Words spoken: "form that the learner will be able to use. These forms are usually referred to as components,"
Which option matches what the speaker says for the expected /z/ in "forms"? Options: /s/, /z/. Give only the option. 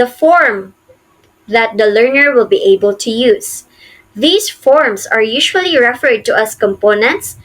/s/